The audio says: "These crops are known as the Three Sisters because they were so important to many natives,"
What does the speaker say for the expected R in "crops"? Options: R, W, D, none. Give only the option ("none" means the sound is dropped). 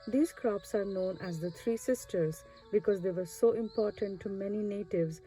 R